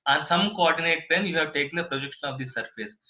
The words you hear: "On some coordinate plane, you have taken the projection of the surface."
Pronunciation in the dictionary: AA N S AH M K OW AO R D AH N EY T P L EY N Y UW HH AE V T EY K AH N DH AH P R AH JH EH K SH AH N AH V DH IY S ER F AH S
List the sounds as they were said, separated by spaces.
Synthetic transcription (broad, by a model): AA N S AH M K OW AO R D AH N EY T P EY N Y UW HH AE V T EY K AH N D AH P R AH JH EH K SH AH N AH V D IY S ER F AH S